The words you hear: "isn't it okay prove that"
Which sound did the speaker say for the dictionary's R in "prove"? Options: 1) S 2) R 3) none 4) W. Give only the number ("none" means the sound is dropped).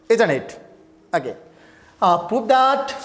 3